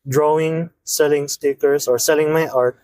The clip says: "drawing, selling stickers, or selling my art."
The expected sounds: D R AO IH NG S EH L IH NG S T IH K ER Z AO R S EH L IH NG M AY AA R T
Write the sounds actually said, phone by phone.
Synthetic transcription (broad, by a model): D R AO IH NG S EH L IH NG S T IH K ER S AO R S EH L IH NG M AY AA R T